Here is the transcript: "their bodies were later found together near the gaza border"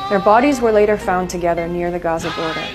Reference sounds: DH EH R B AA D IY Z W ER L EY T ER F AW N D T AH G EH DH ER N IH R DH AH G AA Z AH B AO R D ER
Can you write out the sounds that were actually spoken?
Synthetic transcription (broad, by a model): DH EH R B AA D IY Z W ER L EY T ER F AW N T AH G EH DH ER N IH R DH AH G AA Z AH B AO R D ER